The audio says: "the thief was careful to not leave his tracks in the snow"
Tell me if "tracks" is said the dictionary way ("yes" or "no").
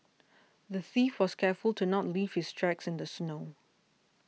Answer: yes